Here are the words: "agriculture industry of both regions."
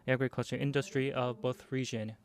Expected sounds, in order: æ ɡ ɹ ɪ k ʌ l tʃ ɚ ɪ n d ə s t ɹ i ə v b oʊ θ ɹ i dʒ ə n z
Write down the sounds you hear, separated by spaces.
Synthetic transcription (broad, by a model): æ ɡ ɹ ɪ k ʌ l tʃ ɚ ɪ n d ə s t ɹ i ə v b oʊ θ ɹ i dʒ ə n